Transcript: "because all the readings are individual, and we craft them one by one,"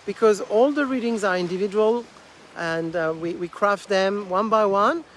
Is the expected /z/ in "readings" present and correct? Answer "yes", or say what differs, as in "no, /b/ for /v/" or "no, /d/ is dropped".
yes